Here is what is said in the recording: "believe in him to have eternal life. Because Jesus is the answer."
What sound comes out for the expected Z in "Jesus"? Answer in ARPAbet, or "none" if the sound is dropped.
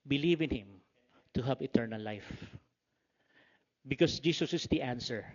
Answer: S